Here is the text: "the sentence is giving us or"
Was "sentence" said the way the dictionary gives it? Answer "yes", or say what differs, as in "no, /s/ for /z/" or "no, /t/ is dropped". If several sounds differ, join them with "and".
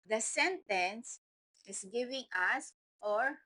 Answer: yes